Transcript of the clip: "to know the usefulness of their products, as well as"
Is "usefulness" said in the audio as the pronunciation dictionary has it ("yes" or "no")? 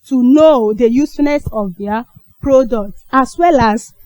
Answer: no